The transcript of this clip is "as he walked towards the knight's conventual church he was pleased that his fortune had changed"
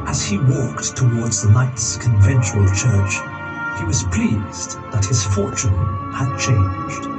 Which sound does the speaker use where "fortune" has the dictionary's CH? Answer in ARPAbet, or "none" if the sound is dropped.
CH